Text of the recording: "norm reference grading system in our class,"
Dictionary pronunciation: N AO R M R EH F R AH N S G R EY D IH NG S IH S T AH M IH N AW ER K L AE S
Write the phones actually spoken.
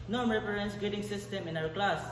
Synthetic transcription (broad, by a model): N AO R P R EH R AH N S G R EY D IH NG S IH S T AH M IH N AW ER K L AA S